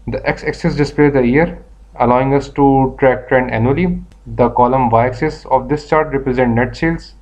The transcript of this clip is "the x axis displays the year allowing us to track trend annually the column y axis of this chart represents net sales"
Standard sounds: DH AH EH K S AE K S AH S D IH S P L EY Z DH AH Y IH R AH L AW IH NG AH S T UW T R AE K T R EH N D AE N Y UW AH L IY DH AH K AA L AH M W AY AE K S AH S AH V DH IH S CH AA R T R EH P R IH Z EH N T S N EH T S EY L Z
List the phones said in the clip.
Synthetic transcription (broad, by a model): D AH EH K S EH K S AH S D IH S P L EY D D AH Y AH R AH L AW IH NG AH S T UW T R AE K T R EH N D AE N Y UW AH L IY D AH K AA L AH M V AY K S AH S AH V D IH S CH AA R T R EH P R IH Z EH N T N EH T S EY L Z